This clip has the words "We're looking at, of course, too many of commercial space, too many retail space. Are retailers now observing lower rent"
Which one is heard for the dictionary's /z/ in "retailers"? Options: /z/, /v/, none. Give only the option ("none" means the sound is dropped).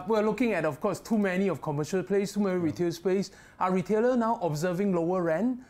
none